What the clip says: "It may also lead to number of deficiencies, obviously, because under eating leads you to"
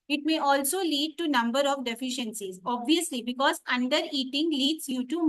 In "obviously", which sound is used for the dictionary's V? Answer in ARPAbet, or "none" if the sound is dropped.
V